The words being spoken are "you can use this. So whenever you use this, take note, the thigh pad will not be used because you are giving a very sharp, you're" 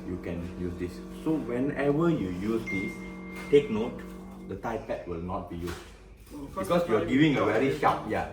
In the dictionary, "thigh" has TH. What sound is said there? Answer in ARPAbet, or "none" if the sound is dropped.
T